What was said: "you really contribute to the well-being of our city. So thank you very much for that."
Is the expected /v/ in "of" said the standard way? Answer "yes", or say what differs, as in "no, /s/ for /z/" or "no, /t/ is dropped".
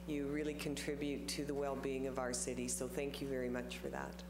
yes